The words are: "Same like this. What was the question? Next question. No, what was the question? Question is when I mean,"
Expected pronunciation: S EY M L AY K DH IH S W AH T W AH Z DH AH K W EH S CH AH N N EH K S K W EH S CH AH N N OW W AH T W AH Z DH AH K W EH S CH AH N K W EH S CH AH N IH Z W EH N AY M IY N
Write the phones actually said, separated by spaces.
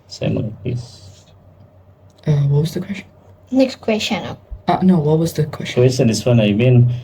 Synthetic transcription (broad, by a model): S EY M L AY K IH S W AH T W AH Z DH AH K W EH S CH AH N N EH K S K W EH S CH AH N N OW W AH T W AH Z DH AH K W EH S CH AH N K W EH S CH AH N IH S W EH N AY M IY N